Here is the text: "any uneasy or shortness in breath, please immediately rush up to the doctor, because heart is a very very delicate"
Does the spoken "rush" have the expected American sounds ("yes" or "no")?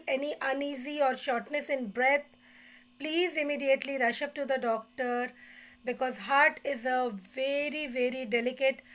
yes